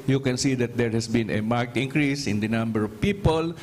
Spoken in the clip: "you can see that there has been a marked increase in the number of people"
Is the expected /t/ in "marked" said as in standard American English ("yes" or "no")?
yes